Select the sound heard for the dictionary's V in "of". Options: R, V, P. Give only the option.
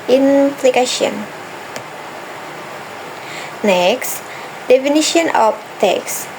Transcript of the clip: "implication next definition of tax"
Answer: P